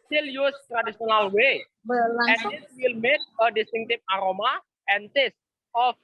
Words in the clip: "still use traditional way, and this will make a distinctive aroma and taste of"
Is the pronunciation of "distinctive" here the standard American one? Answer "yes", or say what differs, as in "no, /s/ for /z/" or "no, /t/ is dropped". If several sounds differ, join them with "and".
no, /p/ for /v/